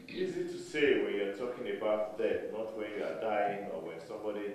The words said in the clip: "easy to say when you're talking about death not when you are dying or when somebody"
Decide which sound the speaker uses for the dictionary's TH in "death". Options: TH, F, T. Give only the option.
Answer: T